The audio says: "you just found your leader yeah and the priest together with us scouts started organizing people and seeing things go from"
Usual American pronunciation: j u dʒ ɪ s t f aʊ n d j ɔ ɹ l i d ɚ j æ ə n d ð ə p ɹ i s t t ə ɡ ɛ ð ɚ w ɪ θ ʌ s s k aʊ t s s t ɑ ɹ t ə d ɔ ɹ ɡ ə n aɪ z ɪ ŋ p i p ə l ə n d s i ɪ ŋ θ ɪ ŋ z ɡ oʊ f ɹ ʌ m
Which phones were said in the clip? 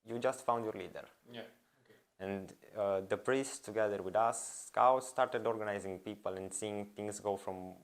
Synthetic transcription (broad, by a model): j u dʒ ɪ s t f aʊ n d j ɔ ɹ l i d ɚ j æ ə n d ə p ɹ i s t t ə ɡ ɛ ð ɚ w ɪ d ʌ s s k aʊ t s s t ɑ ɹ t ə d ɔ ɹ ɡ ə n aɪ z ɪ ŋ p i p ə l ə n d s i ɪ ŋ t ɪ ŋ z ɡ oʊ f ɹ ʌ m